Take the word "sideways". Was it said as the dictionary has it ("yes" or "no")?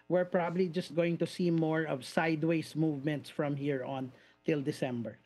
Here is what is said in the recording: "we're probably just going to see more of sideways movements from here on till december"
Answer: no